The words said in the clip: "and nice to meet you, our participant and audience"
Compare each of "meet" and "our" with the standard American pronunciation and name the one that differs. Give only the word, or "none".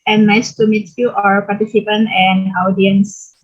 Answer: none